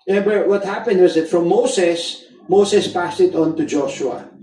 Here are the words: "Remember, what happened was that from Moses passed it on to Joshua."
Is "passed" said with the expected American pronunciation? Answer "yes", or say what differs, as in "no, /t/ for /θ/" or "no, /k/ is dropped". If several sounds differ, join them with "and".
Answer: yes